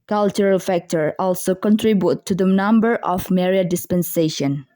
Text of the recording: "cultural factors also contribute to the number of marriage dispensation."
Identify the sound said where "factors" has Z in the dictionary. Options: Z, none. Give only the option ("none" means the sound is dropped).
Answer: none